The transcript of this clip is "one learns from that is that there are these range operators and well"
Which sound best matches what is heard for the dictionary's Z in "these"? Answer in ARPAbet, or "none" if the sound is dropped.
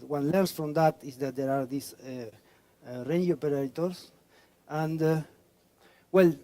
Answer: S